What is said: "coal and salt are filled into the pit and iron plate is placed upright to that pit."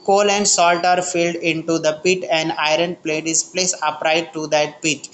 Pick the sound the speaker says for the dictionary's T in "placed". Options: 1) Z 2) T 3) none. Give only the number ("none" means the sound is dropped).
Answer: 3